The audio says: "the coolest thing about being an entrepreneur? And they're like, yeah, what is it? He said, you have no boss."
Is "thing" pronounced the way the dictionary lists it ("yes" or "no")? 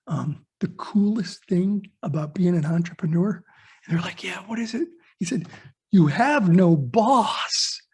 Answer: yes